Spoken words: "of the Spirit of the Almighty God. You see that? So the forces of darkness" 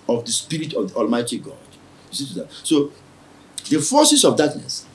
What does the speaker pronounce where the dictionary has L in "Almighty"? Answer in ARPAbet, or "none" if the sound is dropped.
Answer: L